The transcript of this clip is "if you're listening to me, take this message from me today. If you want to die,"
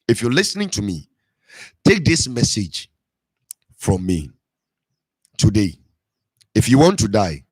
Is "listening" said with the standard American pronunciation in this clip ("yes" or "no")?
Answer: yes